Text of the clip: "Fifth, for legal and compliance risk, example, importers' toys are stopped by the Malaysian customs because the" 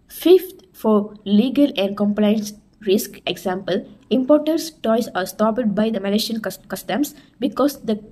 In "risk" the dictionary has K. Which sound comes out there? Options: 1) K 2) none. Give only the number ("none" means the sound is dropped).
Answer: 1